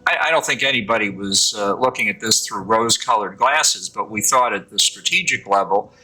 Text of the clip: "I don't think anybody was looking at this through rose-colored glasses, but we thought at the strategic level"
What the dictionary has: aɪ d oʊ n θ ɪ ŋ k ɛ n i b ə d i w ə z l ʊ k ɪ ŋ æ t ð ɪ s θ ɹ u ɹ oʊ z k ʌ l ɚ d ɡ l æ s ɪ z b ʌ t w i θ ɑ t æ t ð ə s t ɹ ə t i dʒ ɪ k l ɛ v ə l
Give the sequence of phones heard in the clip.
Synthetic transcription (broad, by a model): aɪ d oʊ n θ ɪ ŋ k ɛ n i b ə d i w ə z l ʊ k ɪ ŋ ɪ t ð ɪ s θ ɹ u ɹ oʊ z k ʌ l ɚ d ɡ l æ s ɪ z b ʌ t w i θ ɑ t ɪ t ð ə s t ɹ ə t i dʒ ɪ k l ɛ v l